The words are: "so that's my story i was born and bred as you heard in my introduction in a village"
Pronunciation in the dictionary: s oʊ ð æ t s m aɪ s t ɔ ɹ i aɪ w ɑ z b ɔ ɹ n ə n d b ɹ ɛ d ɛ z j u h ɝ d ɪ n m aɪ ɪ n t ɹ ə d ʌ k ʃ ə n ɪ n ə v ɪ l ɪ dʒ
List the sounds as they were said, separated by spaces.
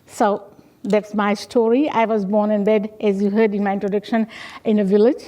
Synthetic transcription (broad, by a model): s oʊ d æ t s m aɪ s t ɔ ɹ i aɪ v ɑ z b ɔ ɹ n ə n b ɛ d ɛ z j u h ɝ d ɪ n m aɪ ɪ n t ɹ ə d ʌ k ʃ ə n ɪ n ə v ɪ l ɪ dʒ